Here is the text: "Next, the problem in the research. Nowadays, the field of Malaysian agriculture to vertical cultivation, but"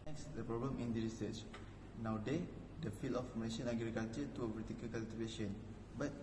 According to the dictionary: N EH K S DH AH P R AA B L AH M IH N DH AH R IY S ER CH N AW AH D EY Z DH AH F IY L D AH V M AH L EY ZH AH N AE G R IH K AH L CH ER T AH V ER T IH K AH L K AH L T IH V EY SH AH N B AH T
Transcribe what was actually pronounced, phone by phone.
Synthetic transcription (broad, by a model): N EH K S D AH P R AA B L AH M IH N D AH R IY S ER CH N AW D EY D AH F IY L AH F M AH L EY SH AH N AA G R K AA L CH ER T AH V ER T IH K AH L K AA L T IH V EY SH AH N B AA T